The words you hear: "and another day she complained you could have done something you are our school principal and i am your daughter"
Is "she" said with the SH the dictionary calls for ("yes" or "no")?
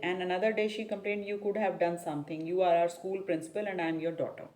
yes